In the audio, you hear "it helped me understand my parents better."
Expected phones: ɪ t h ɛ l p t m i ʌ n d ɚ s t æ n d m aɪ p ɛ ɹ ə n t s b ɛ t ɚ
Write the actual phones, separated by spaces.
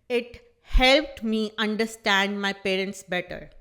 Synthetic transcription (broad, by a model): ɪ t h ɛ l p t m i ʌ n d ɚ s t æ n d m aɪ p ɛ ɹ ə n t s b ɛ t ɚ